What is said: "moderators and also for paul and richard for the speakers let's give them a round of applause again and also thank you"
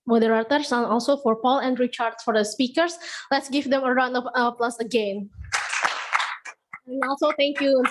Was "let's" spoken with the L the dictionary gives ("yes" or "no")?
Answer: yes